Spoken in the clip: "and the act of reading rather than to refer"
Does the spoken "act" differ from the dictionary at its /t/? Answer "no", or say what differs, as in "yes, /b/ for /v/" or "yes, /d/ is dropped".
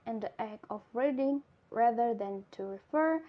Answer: yes, /t/ is dropped